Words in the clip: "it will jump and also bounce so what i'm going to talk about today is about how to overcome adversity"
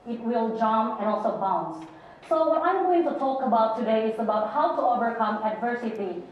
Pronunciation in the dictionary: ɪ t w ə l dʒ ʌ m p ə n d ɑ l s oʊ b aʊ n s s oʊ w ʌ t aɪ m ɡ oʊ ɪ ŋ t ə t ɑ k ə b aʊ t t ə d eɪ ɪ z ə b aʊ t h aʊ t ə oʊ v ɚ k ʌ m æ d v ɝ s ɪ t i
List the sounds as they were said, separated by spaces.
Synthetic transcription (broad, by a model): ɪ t w ə l dʒ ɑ m ə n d ɑ l s oʊ b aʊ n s s oʊ w ʌ t aɪ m ɡ oʊ ɪ ŋ t ə t ɑ k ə b aʊ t t ə d eɪ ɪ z ə b aʊ t h aʊ t ə oʊ v ɚ k ʌ m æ d v ɝ s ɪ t i